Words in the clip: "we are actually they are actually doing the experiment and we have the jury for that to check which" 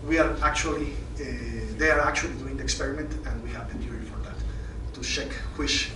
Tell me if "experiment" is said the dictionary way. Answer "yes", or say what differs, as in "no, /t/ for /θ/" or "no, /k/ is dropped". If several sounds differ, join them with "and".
yes